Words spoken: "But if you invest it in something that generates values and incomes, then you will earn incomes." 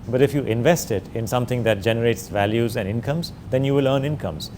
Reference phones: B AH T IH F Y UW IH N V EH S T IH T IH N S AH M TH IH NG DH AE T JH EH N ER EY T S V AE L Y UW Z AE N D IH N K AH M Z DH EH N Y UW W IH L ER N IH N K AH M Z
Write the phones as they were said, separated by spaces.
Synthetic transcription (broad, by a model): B AH T IH F Y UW IH N V EH S T IH T IH N S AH M T IH NG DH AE T JH EH N ER EY T S V AE L Y UW Z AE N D IH N K AH M Z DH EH N Y UW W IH L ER N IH N K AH M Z